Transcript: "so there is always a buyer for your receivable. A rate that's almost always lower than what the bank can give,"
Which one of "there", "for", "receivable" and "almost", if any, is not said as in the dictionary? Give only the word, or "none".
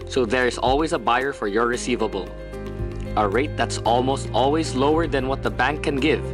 none